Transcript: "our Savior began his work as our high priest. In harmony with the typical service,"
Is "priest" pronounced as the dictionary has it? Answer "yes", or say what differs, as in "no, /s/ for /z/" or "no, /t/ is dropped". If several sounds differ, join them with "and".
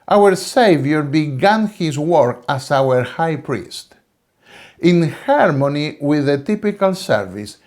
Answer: yes